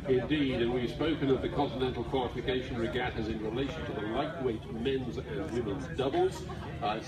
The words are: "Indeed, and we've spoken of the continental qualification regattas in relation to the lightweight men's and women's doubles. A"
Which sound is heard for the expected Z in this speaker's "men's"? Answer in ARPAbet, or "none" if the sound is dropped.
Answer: Z